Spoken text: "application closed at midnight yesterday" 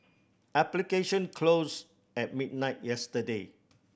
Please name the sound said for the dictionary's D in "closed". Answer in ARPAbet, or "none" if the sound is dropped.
none